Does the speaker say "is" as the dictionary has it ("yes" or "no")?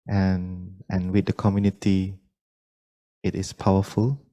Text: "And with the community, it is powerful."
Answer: no